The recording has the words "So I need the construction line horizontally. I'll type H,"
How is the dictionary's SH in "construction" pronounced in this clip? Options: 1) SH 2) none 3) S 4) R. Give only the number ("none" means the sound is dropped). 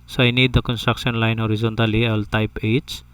3